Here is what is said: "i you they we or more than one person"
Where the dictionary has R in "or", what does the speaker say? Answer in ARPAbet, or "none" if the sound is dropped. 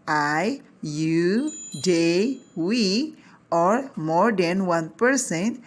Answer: R